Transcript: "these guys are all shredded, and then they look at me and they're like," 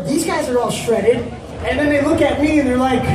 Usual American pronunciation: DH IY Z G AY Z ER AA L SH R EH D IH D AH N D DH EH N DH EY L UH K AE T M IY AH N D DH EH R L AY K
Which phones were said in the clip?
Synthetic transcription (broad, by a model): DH IY Z G AY Z ER AA L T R EH D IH D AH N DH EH N DH EY L UH K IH T M IY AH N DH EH R L AY K